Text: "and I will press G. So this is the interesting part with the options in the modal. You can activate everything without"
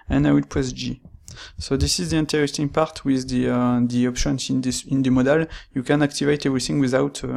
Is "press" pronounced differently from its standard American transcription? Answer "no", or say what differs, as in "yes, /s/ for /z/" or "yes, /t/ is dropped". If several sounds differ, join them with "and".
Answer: yes, /l/ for /ɹ/